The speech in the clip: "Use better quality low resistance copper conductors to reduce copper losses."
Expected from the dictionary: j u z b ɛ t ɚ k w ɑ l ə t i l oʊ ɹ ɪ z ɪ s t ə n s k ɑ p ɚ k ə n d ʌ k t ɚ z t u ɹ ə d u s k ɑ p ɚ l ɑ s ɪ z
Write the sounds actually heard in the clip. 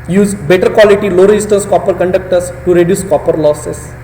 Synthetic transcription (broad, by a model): j u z b ɛ t ɚ k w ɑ l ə t i l oʊ ɹ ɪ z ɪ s t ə n s k ɑ p ɚ k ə n d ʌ k t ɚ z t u ɹ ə d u s k ɑ p ɚ l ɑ s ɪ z